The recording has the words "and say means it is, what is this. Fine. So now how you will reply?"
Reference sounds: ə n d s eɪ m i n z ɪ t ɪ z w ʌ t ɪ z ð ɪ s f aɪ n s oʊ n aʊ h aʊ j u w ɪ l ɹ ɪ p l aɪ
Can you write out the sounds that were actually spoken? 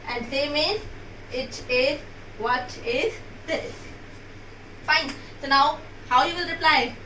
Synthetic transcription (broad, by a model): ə n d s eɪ m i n ɪ t ɪ z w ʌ t ɪ z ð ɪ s f aɪ n s oʊ n aʊ h aʊ j u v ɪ l ɹ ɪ p l aɪ